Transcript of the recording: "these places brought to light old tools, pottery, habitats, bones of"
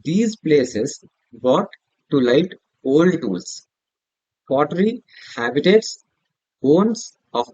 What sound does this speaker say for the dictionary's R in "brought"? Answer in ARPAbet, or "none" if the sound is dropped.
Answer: none